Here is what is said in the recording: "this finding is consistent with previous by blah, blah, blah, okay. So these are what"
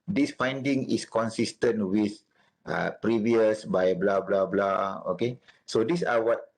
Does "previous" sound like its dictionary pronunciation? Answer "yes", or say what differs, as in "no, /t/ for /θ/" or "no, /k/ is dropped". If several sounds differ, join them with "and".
yes